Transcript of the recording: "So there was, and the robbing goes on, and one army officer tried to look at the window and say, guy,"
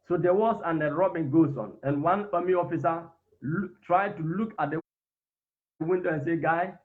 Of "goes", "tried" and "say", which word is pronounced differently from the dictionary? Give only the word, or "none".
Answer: goes